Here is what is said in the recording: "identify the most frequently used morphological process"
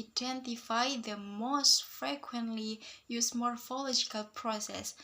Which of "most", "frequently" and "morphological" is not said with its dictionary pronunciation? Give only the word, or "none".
none